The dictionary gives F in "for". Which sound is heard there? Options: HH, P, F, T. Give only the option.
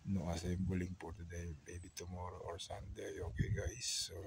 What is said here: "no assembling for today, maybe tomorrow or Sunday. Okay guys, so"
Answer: P